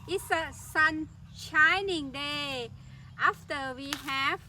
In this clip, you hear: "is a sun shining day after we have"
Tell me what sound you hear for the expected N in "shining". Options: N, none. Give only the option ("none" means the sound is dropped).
N